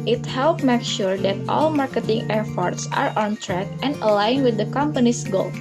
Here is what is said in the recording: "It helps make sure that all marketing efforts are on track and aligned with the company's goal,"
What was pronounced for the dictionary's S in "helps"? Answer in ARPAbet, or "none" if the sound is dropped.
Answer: none